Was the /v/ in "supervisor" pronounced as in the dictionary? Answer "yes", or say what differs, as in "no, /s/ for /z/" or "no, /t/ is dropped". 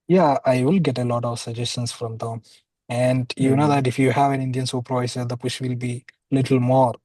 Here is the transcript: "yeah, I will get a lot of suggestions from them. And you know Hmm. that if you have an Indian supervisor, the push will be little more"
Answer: no, /v/ is dropped